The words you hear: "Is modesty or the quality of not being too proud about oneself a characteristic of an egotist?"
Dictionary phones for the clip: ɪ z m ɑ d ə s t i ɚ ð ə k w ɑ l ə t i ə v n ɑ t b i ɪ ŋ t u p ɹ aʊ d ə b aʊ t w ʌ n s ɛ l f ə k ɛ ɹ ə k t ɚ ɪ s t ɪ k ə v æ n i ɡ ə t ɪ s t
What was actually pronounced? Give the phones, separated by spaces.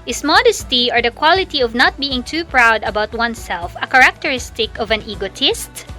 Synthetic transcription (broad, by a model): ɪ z m ɑ d ə s t i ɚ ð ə k w ɑ l ə t i ə v n ɑ t b i ɪ ŋ t u p ɹ aʊ d ə b aʊ t w ʌ n s ɛ l f ə k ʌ ɹ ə k t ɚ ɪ s t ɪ k ə v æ n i ɡ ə t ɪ s t